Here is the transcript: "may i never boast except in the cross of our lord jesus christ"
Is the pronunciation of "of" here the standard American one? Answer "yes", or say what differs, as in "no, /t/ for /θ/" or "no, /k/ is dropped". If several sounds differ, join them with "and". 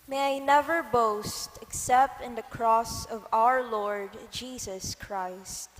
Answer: yes